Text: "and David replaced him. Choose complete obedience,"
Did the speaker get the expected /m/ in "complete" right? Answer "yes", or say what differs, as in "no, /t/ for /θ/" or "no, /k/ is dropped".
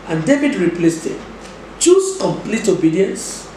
yes